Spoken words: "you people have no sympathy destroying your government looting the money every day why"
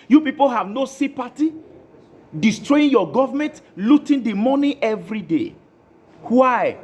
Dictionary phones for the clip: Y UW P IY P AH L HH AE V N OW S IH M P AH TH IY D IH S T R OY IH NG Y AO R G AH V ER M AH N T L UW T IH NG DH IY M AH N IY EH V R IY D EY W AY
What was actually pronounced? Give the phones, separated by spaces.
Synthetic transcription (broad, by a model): Y UW P IY P AH L HH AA V N OW S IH P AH T IY D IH S T R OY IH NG Y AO G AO V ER M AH N T L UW T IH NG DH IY M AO N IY EH V R IY D EY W AY